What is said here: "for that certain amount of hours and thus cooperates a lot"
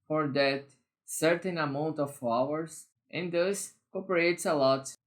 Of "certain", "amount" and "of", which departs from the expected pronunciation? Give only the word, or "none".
of